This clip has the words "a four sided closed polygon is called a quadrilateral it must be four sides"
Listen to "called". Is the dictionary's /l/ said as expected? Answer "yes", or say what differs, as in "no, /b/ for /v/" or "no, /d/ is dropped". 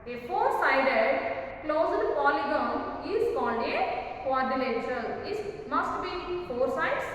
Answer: no, /n/ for /l/